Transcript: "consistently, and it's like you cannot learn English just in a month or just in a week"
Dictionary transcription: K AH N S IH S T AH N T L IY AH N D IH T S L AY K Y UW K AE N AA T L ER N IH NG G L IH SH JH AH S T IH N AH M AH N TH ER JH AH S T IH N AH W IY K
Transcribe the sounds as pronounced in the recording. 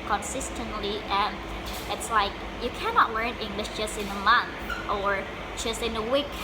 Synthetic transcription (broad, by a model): K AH N S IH S T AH N T L IY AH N IH T S L AY K Y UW K AE N AA T L ER N IH NG G L IH SH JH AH S T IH N AH M AH N TH ER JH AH S T IH N AH W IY K